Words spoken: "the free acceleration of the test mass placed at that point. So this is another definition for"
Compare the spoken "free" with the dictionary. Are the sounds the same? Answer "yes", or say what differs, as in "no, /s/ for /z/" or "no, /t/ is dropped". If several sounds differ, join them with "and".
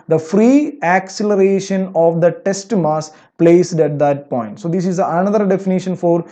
yes